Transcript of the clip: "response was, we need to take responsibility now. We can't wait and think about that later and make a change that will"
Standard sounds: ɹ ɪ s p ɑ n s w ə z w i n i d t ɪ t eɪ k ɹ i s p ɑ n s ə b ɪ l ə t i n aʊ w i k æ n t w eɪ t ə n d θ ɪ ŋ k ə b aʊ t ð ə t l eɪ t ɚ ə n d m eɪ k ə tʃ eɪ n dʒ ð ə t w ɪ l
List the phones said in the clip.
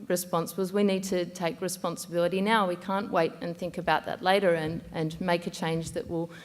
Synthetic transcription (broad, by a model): ɹ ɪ s p ɑ n s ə z w i n i d t ɪ t eɪ k ɹ i s p ɑ n s ə b ɪ l ə t i n aʊ w i k æ n t w eɪ t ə n θ ɪ ŋ k ə b aʊ t ð ə t l eɪ t ɚ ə n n m eɪ k ə tʃ eɪ n dʒ ð ə t w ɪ l